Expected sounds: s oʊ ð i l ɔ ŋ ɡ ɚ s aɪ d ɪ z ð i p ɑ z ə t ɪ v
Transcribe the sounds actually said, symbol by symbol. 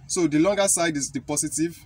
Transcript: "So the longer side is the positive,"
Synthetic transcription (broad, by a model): s oʊ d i l ɔ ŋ ɡ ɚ s aɪ d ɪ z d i p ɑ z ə t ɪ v